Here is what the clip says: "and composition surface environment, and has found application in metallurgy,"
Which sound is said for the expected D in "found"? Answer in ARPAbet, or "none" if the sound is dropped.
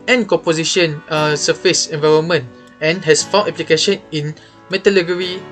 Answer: none